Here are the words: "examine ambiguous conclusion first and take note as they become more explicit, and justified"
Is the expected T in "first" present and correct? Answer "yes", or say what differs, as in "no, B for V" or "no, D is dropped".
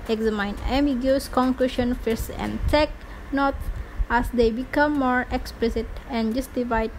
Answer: no, T is dropped